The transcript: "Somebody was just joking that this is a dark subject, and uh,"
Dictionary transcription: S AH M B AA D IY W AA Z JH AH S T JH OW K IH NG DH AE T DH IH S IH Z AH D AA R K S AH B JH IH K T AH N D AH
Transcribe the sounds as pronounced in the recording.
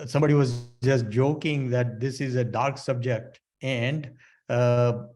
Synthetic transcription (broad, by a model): S AH M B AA D IY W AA Z JH AH S T JH OW K IH NG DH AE T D IH S IH Z AH D AA R K S AH B JH IH K T AH N D